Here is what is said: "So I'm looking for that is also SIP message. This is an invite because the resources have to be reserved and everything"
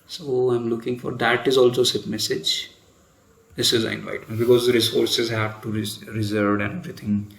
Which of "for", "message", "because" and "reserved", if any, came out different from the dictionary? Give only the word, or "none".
reserved